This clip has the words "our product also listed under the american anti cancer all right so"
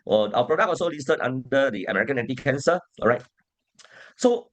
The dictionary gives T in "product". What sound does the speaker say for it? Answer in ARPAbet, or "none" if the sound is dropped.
none